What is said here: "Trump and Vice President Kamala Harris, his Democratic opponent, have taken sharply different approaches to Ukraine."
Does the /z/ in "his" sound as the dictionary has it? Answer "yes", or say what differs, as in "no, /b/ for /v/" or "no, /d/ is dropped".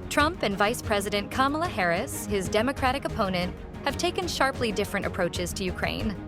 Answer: yes